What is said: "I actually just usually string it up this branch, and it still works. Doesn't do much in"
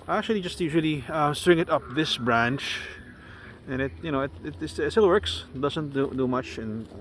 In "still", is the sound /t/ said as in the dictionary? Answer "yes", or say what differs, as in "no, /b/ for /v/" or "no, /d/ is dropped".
no, /s/ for /t/